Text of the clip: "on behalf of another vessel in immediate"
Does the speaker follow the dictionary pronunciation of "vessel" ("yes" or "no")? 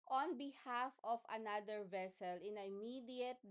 yes